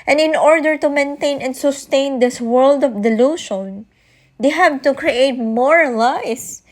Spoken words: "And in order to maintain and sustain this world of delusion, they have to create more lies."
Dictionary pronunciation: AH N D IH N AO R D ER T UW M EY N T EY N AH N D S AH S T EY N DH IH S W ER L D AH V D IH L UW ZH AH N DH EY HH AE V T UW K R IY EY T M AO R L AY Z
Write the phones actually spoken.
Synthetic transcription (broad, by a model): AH N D IH N AO R D ER T UW M EY N T EY N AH N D S AH S T EY N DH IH S W ER L D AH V D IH L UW SH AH N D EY HH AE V T UW K R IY EY T M AO R L AY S